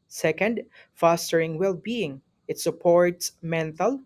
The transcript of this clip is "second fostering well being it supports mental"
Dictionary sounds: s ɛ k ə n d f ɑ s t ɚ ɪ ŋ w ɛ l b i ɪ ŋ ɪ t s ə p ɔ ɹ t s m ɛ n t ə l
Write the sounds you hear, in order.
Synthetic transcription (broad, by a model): s ɛ k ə n d f ɑ s t ɚ ɪ ŋ w ɛ l b i ɪ ŋ ɪ t s ə p ɔ ɹ t s m ɛ n t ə l